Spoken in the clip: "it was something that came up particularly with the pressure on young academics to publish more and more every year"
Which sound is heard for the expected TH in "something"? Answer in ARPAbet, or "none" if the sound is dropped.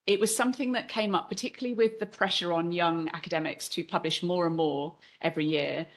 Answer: TH